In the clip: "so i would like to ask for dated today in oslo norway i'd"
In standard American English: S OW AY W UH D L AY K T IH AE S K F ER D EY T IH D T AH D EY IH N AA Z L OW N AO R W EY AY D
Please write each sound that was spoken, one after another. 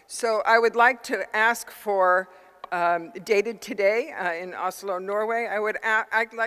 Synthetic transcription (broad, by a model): S OW AY W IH D L AY K T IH AE S K F ER D EY T IH D T AH D EY IH N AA S L OW N AO R W EY AY D